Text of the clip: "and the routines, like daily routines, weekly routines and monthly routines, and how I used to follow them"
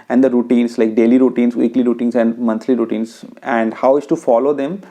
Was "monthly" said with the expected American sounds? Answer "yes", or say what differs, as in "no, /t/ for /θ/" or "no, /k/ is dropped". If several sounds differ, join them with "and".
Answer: no, /t/ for /θ/